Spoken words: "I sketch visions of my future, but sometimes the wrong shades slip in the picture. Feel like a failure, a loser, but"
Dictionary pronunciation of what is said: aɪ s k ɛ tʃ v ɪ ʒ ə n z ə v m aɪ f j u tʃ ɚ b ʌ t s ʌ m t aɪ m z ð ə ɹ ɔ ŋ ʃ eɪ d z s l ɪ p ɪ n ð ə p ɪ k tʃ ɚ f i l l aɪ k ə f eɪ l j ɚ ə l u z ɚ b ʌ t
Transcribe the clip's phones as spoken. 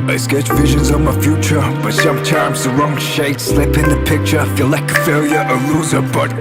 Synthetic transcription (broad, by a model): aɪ s k ɛ tʃ v ɪ ʒ ə n z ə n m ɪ f j u tʃ ɚ b ʌ t s ʌ m t aɪ m z ð ə ɹ ɔ ŋ ʃ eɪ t s l ɪ p ɪ n ð ə p ɪ k tʃ ɚ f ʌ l l aɪ k ə f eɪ l j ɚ ə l u z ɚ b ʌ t